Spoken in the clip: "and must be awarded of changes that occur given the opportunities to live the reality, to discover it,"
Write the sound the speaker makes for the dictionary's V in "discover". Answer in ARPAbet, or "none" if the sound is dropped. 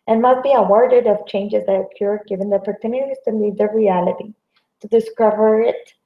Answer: V